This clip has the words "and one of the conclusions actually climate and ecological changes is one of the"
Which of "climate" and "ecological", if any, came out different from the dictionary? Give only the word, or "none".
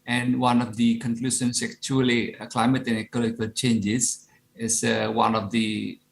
ecological